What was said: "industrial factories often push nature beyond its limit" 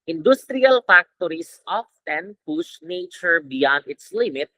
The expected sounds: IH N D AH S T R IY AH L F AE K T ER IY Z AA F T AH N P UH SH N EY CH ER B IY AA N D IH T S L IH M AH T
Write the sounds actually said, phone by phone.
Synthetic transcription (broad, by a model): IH N D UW S T R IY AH L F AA K T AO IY S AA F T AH N P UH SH N EY CH ER B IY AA N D IH T S L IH M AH T